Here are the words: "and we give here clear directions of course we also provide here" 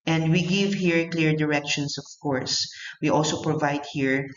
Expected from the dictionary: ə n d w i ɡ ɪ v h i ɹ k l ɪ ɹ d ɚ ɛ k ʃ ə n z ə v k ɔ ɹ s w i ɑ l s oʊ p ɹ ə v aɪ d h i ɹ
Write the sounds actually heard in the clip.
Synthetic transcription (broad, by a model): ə n d w i ɡ ɪ v h i ɹ k l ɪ ɹ d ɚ ɛ k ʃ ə n s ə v k ɔ ɹ s w i ɑ l s oʊ p ɹ ə v aɪ d h i ɹ